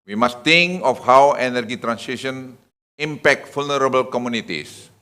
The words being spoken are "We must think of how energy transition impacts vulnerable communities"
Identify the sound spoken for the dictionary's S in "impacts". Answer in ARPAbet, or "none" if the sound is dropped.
none